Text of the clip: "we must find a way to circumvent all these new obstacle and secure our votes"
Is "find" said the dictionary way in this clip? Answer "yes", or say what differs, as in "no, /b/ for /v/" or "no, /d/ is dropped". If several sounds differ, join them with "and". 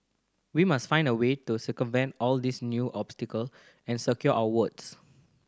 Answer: yes